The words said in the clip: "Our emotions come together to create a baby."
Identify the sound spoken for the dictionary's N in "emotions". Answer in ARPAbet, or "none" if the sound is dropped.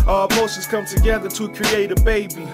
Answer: none